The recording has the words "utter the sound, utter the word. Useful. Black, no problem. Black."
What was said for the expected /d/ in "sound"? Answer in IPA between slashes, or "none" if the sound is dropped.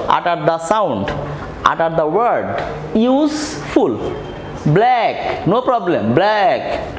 /d/